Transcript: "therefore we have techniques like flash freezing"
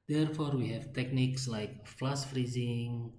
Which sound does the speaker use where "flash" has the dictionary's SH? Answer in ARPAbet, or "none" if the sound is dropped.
S